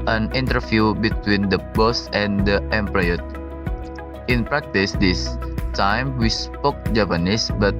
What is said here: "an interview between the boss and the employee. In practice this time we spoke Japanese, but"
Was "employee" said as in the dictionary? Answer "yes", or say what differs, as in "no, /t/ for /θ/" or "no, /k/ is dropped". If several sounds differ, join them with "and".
no, /l/ is dropped